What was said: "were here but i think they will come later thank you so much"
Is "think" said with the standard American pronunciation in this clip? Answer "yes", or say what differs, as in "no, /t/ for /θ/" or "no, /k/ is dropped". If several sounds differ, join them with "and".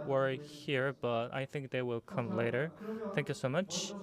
yes